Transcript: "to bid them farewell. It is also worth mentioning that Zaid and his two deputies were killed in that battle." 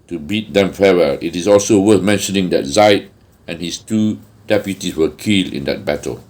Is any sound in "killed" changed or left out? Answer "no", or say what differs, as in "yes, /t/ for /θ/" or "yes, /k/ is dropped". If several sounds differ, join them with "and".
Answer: yes, /d/ is dropped